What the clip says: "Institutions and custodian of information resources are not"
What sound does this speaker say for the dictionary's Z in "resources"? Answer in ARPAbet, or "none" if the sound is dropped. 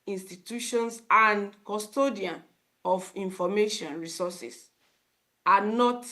S